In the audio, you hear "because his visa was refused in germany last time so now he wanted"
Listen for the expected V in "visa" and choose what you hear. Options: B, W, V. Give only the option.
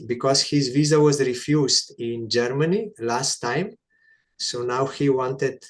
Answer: V